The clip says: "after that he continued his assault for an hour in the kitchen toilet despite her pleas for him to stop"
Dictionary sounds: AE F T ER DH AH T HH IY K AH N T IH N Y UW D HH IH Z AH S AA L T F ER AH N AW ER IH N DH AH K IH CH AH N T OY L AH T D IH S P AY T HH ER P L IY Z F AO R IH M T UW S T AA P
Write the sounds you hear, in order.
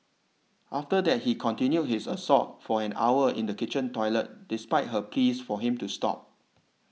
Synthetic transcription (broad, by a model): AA F T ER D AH T HH IY K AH N T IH N Y UW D HH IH S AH S AA T F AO AH N AW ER IH N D AH K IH CH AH N T OY L AH T D IH S P AY T HH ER P L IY S F AO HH IH M T UW S T AA P